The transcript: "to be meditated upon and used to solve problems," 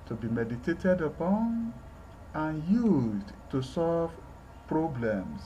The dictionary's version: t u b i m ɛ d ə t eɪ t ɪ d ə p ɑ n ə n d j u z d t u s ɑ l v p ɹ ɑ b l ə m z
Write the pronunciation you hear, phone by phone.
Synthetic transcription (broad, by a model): t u b i m ɛ d ə t eɪ t ɪ d ə p ɑ n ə n j u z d t u s ɑ l v p ɹ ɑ b l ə m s